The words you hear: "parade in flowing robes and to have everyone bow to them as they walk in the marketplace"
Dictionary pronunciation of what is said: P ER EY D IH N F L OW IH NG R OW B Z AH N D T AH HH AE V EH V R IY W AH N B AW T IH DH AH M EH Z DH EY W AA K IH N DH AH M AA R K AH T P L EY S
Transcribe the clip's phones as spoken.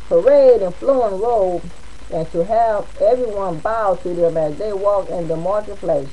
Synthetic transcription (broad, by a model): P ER EY D IH N F L OW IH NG R OW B AH N T AH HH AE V EH V R IY W AH N B AW T IH DH AH M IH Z DH EY W AA K IH N DH AH M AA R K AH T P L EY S